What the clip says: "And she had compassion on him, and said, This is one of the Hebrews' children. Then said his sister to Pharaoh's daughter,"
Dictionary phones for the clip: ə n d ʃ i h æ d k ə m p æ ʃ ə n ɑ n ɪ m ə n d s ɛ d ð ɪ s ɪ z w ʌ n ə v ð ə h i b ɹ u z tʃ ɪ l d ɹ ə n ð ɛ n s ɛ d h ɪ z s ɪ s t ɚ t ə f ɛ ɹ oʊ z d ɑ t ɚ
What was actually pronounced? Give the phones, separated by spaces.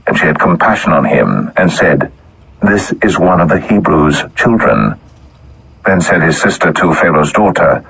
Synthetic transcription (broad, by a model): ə n ʃ i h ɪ d k ə m p æ ʃ ə n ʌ n ɪ m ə n s ɛ d ð ɪ s ɪ z w ʌ n ə v ð ə h i b ɹ u z tʃ ɪ l d ɹ ə n ð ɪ n s ɛ d ɪ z s ɪ s t ɚ t ə f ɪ l oʊ z d ɑ t ɚ